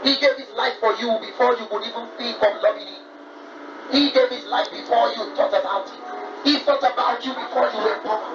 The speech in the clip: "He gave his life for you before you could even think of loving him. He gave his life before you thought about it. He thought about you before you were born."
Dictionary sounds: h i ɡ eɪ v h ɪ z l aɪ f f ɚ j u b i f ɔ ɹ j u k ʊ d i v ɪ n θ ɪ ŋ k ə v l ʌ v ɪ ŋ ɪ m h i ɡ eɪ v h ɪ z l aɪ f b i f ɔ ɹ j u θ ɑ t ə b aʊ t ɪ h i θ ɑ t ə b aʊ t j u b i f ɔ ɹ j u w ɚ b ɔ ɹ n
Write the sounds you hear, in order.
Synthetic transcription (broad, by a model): h i ɡ eɪ v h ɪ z l aɪ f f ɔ j u b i f ɔ j u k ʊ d i v ɪ n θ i k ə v l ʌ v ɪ h i ɡ eɪ v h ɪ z l aɪ f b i f ɔ j u t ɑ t ə b aʊ t ɪ h i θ ɑ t ə b aʊ t j u b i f ɔ j u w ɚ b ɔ